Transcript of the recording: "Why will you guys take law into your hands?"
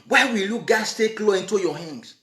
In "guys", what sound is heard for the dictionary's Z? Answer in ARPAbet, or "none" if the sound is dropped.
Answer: S